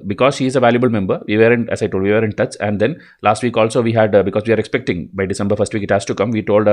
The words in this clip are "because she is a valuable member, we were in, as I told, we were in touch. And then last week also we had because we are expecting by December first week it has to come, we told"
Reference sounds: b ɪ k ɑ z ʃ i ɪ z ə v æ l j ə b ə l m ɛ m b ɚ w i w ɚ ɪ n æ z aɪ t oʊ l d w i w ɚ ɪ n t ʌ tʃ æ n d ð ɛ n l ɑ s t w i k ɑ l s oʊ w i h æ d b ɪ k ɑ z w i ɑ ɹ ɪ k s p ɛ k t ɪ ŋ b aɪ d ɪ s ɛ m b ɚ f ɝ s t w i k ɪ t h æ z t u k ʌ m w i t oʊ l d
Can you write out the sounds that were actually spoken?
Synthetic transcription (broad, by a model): b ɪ k ɑ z ʃ i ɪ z ə v æ l j ə b ə l m ɛ m b ɚ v i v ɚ ɪ n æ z aɪ t oʊ l d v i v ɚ ɪ n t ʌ s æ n d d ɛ n l ɑ s t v i k ɑ l s oʊ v i h æ d b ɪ k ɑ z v i ɑ ɹ ɪ k s p ɛ k t ɪ ŋ b aɪ d ɪ s ɛ m b ɚ f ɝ s t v i k ɪ t h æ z t u k ʌ m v i t oʊ l d